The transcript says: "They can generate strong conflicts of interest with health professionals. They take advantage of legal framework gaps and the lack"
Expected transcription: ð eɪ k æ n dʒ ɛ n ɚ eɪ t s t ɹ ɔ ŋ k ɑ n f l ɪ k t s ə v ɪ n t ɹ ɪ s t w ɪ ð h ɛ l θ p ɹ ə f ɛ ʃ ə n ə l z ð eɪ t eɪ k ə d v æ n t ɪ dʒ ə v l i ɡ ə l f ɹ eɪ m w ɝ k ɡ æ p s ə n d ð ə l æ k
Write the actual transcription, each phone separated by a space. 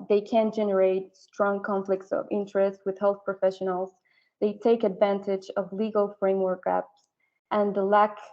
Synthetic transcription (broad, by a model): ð eɪ k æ n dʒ ɛ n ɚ eɪ t s t ɹ ɔ ŋ k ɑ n f l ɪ k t s ə v ɪ n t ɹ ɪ s t w ɪ ð h ɛ l θ p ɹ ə f ɛ ʃ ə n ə l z ð eɪ t eɪ k ə d v æ n t ɪ dʒ ə v l i ɡ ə l f ɹ eɪ m w ɝ k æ p s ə n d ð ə l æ k